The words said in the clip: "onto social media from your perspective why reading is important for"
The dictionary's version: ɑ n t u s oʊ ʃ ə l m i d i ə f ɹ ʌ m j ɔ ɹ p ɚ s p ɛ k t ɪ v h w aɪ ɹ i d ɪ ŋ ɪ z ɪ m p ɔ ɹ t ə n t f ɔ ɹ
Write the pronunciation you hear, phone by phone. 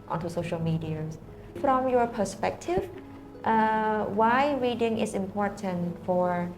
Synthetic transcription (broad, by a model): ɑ n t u s oʊ ʃ ə l m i d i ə f ɹ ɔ m j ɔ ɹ p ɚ s p ɛ k t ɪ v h w aɪ ɹ i d ɪ ŋ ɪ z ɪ m p ɔ ɹ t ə n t f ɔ ɹ